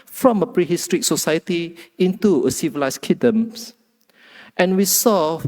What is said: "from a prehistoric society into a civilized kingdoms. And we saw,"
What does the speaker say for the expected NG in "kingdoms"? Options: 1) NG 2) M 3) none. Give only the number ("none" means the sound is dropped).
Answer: 3